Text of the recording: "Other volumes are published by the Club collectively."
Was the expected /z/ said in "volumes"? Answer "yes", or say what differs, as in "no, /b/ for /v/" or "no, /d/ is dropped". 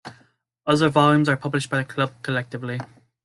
yes